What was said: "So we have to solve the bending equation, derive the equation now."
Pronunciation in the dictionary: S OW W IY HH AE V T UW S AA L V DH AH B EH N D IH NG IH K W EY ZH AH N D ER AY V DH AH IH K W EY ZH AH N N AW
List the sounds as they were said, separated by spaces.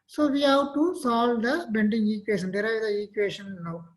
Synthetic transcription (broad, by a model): S OW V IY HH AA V T UW S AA L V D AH B EH N D IH NG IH K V EY SH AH N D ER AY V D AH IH K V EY SH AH N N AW